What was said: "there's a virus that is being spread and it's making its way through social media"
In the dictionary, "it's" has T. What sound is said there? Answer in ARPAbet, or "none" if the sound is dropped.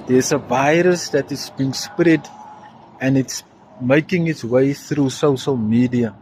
T